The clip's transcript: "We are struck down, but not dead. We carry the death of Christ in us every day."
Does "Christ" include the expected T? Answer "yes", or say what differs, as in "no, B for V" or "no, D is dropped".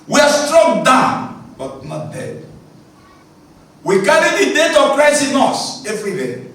no, T is dropped